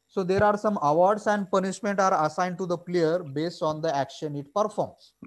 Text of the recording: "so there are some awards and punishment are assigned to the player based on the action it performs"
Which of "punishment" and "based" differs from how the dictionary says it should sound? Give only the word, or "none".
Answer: none